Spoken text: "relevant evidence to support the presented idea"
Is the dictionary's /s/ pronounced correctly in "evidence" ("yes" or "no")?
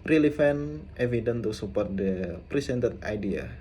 no